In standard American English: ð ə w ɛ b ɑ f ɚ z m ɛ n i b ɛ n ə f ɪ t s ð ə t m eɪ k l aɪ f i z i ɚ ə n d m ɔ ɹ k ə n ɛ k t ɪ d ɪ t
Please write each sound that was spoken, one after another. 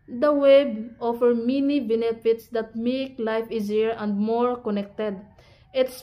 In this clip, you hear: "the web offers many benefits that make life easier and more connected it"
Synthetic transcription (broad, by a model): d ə w ɛ b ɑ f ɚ m ɛ n i b ɛ n ə f ɪ t s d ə t m eɪ k l aɪ f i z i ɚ ə n d m ɔ ɹ k ə n ɛ k t ɪ d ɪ t